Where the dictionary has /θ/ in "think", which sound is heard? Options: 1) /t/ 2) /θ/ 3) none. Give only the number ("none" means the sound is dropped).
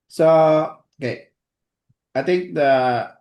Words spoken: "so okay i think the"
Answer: 1